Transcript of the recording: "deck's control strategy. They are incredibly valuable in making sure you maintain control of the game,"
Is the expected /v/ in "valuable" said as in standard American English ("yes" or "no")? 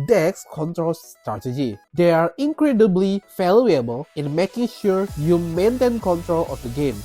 no